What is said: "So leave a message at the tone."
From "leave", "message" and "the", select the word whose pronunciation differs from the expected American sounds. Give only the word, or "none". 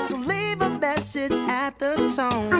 none